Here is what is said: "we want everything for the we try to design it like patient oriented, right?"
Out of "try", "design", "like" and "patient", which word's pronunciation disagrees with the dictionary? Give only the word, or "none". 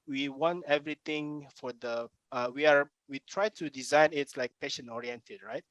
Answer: patient